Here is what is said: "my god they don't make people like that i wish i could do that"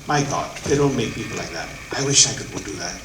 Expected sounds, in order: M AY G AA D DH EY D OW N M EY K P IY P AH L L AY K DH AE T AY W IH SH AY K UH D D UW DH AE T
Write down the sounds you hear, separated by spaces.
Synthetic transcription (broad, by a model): M AY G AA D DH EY D OW N M EY K P IY P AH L L AY K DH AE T AY W IH SH AY K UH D D UW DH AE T